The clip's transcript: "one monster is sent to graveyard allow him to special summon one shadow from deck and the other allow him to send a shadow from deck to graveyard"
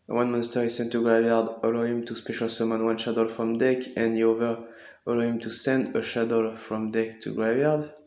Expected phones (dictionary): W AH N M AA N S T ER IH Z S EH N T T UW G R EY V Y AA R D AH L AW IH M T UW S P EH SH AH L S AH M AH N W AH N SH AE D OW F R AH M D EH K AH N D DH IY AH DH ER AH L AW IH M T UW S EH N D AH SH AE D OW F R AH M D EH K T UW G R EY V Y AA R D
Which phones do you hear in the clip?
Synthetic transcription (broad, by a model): W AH N M AA N S T ER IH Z S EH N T T UW G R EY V Y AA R D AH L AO IH M T UW S P EH SH AH L S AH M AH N W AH N SH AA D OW F R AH M D EH K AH N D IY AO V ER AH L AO IH M T UW S EH N D AH SH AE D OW F R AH M D EH K T UW G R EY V Y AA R D